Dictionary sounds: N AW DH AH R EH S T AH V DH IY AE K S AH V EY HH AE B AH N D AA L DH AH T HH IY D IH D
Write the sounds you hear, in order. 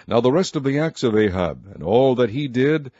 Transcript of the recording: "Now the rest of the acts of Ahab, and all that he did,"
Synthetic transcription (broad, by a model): N AW DH AH R EH S T AH V DH IY AE K S AH V EY HH AE B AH N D AA L DH AH T HH IY D IH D